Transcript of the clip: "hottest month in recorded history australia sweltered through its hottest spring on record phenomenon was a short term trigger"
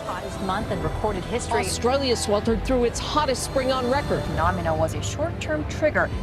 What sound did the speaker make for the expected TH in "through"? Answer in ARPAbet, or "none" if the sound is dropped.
TH